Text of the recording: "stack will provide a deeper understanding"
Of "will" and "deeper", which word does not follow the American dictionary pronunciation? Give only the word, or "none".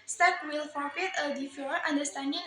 deeper